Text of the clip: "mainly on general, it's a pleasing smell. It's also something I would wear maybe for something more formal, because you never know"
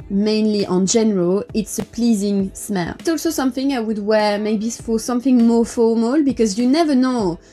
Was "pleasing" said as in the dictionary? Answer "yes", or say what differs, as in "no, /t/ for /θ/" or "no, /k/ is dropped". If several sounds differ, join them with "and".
yes